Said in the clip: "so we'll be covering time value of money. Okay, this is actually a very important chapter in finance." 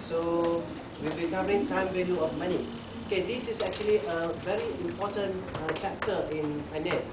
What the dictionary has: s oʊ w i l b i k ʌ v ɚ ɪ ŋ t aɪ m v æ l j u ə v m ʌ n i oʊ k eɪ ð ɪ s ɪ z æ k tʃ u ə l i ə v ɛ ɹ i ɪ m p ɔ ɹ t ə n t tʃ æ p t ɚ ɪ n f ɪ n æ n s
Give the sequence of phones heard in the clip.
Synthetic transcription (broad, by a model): s oʊ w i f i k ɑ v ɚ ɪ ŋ t aɪ m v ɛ n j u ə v m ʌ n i oʊ k eɪ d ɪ s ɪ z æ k tʃ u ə l i ə v ɛ ɹ i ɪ m p ɔ t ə n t tʃ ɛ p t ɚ ɪ n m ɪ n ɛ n